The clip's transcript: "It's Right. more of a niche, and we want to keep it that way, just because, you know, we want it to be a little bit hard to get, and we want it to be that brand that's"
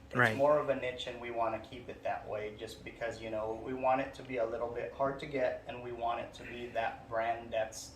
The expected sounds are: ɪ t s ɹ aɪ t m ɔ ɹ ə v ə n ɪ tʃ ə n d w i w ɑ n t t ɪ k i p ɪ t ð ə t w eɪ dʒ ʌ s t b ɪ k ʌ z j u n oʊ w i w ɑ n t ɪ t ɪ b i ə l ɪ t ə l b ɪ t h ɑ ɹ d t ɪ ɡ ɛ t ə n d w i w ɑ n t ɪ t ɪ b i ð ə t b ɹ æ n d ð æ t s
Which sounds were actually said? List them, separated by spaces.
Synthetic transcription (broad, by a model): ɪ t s m ɔ ɹ ə v ə n ɪ tʃ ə n w i w ɑ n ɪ k i p ɪ t ð ə t w eɪ dʒ ʌ s b ɪ k ʌ z j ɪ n oʊ w i w ɑ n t ɪ t ɪ b i ə l ɪ t l b ɪ t h ɑ ɹ d t ɪ ɡ ɛ t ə n w i w ɑ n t ɪ t ɪ b i ð ə t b ɹ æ n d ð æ t s